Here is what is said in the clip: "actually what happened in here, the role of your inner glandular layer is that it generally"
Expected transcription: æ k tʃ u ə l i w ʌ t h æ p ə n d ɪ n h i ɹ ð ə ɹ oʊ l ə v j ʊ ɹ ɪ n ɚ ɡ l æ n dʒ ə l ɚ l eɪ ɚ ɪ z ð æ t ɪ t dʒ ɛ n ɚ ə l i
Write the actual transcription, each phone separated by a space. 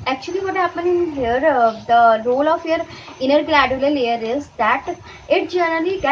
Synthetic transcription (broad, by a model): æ k tʃ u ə l i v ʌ t h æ p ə n ɪ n h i ɹ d ə ɹ oʊ l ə f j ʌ ɹ ɪ n ɚ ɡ l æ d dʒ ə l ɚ l eɪ ɚ ɪ z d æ t ɪ t dʒ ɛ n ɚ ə l i